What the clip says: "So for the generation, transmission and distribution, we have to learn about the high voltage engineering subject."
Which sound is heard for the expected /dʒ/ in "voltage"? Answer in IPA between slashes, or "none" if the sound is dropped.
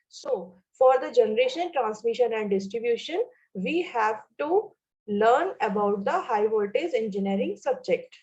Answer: /z/